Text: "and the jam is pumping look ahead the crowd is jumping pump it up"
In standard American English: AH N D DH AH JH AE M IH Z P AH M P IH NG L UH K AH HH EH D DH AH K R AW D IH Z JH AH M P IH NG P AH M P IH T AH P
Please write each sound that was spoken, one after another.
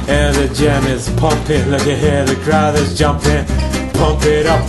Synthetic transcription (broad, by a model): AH N DH AH JH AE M IH Z P AH M P IH NG L UH K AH HH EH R DH AH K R AW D IH Z JH AH M P IH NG P AH M P IH T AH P